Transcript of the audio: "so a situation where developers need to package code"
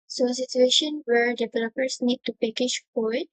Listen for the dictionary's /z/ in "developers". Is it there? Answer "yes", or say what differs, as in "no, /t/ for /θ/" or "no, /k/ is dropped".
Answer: no, /s/ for /z/